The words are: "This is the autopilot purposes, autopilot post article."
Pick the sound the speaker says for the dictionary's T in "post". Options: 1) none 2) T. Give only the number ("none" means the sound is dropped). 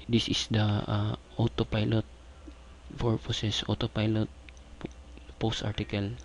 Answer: 2